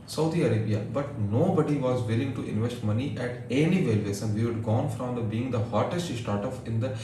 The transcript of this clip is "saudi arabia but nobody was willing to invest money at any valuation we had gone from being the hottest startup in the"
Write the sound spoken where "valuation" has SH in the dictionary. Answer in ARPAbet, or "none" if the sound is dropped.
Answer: S